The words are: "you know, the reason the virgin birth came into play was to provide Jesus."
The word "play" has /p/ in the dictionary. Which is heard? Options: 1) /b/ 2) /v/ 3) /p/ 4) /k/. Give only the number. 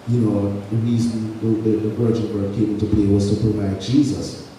1